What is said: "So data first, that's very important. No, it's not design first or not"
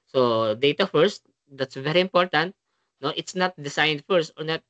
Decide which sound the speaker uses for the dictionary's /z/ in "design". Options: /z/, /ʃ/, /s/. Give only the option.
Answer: /s/